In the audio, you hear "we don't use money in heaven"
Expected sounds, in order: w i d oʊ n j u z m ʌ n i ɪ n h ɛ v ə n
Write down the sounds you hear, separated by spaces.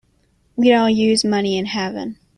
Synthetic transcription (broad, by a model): w i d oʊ l j u z m ʌ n i ɪ n h ɛ v ə n